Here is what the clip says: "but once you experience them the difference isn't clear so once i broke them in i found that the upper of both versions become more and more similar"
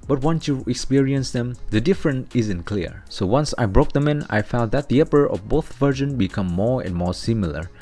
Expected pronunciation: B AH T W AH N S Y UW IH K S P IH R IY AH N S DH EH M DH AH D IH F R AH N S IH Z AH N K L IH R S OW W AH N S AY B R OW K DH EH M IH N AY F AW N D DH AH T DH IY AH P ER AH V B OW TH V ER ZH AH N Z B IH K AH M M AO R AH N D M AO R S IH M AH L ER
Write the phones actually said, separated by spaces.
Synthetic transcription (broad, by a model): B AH T W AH N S Y UW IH K S P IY R IY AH N S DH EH M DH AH D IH F R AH N IH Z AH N K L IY R S OW W AH N S AY B R OW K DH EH M IH N AY F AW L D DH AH T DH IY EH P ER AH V B OW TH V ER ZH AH N B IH K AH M M AO R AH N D M AO R S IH M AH L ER